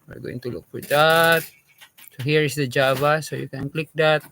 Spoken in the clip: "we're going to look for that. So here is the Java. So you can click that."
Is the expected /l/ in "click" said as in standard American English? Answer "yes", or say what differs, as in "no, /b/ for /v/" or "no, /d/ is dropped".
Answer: yes